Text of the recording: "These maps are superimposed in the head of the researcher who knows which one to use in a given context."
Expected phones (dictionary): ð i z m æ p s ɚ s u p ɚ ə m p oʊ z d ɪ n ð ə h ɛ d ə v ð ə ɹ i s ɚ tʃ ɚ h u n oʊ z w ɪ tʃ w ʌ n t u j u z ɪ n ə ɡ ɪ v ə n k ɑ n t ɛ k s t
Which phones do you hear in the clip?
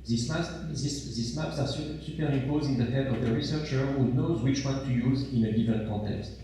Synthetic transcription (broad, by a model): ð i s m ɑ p s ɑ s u p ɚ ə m p oʊ z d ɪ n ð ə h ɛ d ə v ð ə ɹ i s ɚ tʃ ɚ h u n oʊ z w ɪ tʃ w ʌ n t u j u z ɪ n ə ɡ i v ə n k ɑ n t ɛ k s t